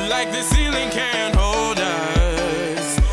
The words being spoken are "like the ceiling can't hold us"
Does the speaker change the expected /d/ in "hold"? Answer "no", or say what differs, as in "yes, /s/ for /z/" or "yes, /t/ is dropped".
no